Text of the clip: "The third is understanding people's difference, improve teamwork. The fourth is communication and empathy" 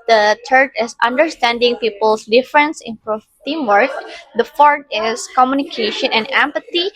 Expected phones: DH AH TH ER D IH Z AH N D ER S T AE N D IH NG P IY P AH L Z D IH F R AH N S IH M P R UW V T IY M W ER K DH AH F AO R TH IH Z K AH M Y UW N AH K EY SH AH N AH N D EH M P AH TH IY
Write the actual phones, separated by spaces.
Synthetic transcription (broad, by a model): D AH T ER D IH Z AH N D ER S T AE N D IH NG P IY P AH L S D IH F R AH N S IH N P R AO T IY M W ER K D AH F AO R T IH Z K AH M Y UW N AH K EY SH AH N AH N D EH M P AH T IY